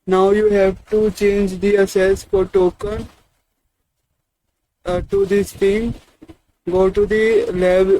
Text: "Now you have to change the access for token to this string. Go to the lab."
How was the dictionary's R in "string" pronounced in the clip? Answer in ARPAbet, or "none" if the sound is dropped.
none